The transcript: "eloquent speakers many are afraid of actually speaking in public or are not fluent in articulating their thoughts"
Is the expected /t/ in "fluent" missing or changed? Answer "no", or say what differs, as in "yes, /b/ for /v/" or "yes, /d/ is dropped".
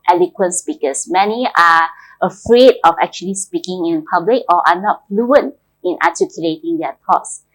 no